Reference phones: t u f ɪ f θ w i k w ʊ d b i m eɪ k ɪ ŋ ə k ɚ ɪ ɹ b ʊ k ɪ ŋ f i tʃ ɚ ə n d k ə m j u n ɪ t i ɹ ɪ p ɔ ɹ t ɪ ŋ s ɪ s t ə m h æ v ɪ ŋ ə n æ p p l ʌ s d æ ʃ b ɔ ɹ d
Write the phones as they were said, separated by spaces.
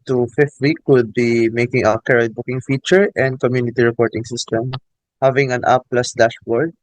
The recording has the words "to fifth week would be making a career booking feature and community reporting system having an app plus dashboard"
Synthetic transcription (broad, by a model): t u f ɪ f t w i k w ʊ d b i m eɪ k ɪ ŋ ə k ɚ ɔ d b ʊ k ɪ ŋ f i tʃ ɚ ə n d k ə m j u n ɪ t i ɹ ɪ p ɔ ɹ t ɪ ŋ s ɪ s t ə m h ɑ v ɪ ŋ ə n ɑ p p l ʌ s d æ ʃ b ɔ ɹ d